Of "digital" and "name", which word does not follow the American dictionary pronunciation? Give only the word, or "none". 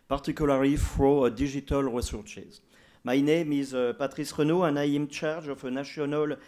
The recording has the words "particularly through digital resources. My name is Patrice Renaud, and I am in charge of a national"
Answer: digital